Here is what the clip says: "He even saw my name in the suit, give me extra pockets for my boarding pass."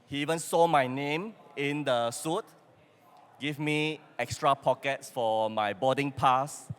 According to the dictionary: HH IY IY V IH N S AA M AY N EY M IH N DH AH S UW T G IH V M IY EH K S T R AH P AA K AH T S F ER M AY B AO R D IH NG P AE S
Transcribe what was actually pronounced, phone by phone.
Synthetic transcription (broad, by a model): HH IY IY V IH N S AA M AY N EY M IH N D AH S UW T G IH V M IY EH K S T R AH P AA K AH T S F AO M AY B AO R D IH NG P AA S